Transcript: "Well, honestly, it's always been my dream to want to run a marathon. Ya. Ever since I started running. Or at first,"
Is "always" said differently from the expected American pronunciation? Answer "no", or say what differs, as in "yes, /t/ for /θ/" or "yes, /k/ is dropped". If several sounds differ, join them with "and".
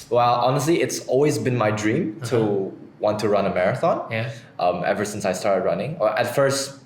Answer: no